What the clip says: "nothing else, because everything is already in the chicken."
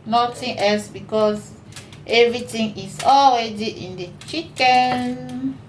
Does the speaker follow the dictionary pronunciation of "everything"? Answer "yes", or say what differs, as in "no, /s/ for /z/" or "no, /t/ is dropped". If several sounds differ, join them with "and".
no, /t/ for /θ/